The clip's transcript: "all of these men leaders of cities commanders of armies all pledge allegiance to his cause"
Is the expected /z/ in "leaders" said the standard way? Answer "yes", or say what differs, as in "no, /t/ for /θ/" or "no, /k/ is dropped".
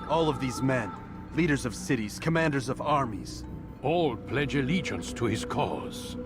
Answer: yes